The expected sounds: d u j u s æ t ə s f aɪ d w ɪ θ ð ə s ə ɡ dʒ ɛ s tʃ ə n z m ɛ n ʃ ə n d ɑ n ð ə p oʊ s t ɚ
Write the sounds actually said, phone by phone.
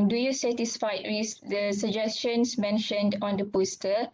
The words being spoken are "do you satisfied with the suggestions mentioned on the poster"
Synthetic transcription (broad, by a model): d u j u s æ t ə s f aɪ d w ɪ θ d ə s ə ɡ dʒ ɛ s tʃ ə n s m ɛ n ʃ ə n d ɑ n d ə p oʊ s t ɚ